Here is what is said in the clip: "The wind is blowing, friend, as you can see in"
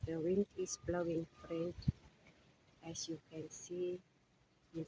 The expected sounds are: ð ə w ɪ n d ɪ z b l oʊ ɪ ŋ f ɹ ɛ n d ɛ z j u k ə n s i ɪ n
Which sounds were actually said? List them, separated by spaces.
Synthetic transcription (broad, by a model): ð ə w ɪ n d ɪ s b l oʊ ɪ ŋ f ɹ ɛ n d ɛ s j u k ə n s i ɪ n